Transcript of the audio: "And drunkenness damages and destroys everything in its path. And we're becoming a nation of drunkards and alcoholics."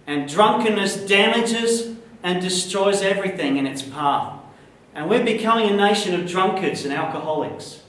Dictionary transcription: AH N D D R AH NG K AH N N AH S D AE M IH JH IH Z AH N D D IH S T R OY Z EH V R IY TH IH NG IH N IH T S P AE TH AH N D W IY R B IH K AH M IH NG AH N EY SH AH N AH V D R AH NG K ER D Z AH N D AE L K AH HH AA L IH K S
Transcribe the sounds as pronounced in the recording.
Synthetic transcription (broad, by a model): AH N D D R AH NG K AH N N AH S D AE M IH JH IH Z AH N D D IH S T R OY Z EH V R IY TH IH NG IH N IH T S P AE TH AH N W IY R B IH K AH M IH NG AH N EY SH AH N AH V D R AH NG K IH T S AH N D AE L K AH HH AA L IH K S